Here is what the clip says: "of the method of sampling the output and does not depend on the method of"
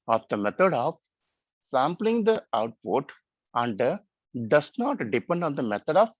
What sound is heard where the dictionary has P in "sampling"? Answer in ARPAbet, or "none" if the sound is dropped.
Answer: P